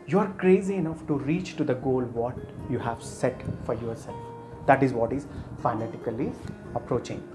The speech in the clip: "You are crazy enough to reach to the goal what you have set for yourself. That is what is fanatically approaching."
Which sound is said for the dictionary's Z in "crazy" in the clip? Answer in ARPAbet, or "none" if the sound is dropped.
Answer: Z